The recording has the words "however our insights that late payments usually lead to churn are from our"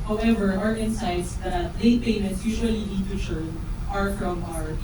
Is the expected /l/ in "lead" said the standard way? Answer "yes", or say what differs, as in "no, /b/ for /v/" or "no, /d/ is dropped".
no, /n/ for /l/